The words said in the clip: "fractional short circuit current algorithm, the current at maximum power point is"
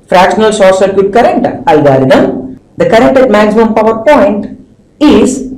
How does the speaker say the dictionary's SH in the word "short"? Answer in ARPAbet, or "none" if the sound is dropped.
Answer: S